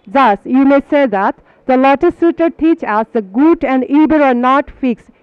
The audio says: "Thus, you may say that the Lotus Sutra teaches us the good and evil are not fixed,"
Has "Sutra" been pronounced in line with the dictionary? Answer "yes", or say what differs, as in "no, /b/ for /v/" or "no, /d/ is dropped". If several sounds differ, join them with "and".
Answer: no, /ɹ/ is dropped